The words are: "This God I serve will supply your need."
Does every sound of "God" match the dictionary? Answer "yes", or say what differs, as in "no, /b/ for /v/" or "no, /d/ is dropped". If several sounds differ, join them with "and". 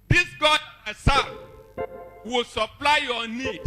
no, /d/ is dropped